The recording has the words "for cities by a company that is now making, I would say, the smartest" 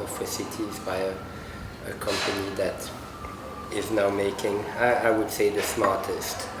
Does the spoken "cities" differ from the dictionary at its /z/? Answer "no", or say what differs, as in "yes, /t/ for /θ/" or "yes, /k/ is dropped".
no